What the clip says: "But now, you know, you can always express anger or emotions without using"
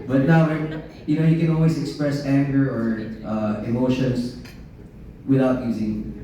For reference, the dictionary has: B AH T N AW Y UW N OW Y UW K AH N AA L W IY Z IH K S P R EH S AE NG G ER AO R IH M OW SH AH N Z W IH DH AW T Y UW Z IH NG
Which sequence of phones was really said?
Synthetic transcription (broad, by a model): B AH T N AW Y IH N OW Y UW K AH N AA L W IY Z IH K S P R EH S AE NG G ER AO R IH M OW SH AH N S W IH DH AW T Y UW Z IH NG